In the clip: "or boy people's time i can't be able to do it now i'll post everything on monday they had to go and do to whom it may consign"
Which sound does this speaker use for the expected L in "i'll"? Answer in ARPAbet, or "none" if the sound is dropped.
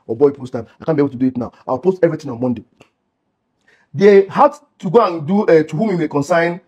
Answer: W